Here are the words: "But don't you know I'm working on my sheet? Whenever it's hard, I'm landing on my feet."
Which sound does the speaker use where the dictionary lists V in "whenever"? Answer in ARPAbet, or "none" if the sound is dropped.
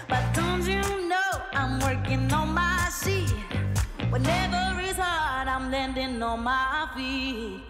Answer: V